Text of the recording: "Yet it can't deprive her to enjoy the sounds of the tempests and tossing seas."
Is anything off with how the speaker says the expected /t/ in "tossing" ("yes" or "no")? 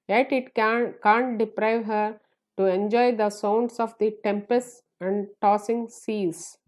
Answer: no